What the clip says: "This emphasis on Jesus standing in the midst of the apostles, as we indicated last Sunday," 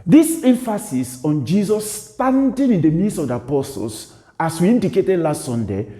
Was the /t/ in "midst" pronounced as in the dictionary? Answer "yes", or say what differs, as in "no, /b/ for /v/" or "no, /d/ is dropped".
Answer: no, /t/ is dropped